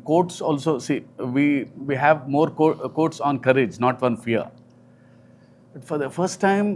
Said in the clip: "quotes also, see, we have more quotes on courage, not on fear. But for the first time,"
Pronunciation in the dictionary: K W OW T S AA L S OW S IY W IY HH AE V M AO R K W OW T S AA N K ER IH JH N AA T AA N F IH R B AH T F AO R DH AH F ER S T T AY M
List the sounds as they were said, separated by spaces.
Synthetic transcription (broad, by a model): K OW T S AA L S OW S IY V IY HH AE V M AO R K OW T S AA N K ER IH JH N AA T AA N F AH R B AH T F AO R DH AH F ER S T T AY M